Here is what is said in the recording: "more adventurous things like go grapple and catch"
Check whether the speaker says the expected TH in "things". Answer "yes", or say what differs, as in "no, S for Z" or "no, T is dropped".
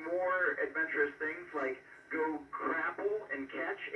yes